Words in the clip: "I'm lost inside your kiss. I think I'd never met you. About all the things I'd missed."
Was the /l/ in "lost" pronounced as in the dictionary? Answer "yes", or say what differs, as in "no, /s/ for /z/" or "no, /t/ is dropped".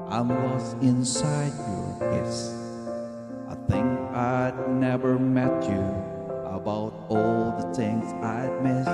no, /w/ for /l/